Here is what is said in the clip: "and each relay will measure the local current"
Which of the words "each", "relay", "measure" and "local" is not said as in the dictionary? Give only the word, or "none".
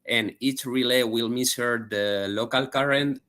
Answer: measure